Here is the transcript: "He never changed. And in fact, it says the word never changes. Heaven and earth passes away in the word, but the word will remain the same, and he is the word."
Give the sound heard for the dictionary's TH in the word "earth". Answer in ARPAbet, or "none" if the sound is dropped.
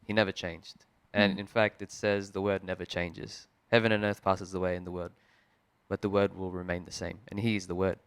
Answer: TH